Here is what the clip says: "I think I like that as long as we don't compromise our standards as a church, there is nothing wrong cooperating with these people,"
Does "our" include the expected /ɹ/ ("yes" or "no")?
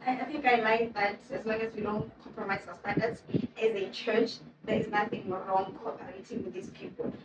no